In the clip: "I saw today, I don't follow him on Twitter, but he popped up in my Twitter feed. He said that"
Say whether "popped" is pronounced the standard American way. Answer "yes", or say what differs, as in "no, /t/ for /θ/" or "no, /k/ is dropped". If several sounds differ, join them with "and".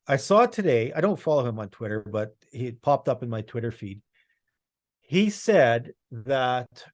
yes